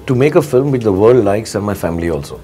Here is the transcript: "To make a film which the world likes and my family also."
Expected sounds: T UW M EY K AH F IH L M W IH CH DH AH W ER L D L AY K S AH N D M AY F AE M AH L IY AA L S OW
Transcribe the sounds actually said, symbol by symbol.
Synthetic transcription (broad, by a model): T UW M EY K AH F IH L M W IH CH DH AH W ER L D L AY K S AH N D M AY F AE M AH L IY AA L S OW